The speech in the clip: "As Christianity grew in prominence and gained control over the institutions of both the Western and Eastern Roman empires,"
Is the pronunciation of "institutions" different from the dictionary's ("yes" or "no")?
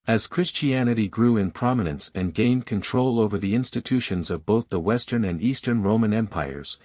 no